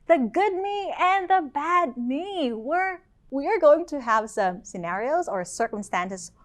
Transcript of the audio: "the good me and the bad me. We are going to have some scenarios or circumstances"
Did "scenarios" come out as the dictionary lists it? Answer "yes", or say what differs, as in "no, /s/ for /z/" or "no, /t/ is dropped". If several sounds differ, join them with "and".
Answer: yes